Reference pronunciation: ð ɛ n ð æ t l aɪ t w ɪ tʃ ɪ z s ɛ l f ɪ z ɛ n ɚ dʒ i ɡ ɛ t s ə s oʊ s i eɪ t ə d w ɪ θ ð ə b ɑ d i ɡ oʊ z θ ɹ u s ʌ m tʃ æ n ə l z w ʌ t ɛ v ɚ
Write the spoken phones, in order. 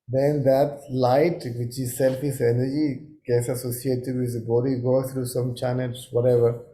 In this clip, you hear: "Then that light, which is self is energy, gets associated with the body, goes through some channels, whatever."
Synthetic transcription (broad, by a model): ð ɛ n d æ t l aɪ t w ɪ tʃ ɪ z s ɛ l f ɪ s ɛ n ɚ dʒ i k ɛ s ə s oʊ s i eɪ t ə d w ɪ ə b ɑ d i ɡ oʊ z t ɹ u s ʌ m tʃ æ n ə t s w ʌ t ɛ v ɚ